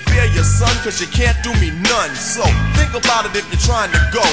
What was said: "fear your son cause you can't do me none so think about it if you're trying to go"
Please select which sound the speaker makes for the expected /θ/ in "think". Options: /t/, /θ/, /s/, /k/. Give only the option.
/θ/